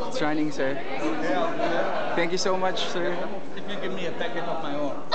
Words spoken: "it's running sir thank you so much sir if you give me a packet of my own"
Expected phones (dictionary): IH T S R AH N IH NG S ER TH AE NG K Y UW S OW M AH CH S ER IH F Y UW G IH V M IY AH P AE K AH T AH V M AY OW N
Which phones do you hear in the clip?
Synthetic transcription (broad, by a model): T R R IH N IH NG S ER T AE NG K Y UW S OW M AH CH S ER IH F Y UW G IH V M IY AH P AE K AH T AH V M AY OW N